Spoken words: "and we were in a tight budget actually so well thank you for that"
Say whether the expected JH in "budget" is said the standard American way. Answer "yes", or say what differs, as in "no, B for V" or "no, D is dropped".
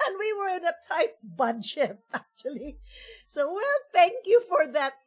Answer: no, SH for JH